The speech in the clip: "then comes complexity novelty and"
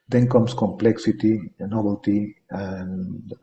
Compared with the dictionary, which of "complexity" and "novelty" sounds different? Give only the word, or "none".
novelty